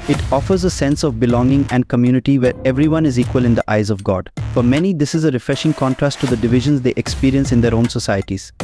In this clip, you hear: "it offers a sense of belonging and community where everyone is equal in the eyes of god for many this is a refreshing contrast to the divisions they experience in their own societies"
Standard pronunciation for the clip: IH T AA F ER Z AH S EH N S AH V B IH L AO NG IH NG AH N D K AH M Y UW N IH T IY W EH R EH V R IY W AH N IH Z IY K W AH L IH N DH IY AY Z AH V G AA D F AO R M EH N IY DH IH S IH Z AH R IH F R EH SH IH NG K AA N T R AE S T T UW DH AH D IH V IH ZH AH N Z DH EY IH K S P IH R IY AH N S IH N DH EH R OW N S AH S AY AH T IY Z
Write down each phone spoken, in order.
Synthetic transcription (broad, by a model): IH T AA F ER Z AH S EH N S AH V B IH L AO NG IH NG AH N D K AH M Y UW N IH T IY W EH R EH V R IY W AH N IH Z IY K W AH L IH N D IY AY Z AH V G AA D F AO R M EH N IY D IH S IH Z AH R IH F R EH SH IH NG K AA N T R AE S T T UW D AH D IH V IH ZH AH N Z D EY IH K S P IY R IY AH N S IH N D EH R OW N S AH S AY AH T IY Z